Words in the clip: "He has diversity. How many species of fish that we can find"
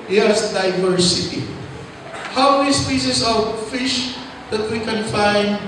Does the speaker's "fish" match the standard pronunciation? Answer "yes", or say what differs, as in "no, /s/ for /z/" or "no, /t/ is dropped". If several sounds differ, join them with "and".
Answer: yes